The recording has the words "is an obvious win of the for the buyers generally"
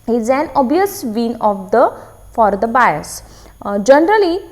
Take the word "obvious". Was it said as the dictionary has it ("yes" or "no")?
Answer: no